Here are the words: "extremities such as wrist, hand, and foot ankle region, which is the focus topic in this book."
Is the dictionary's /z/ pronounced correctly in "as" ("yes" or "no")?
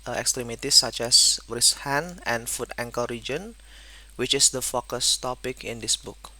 no